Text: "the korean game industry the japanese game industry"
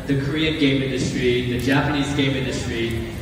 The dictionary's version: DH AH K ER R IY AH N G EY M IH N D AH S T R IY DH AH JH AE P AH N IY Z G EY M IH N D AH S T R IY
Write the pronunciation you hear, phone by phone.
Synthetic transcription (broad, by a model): DH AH K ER R IY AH N G EY M IH N D AH S T R IY DH AH JH AE P AH N IY Z G EY M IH N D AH S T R IY